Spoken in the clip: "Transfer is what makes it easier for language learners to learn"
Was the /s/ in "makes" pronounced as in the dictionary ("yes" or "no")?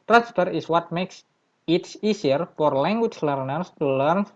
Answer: yes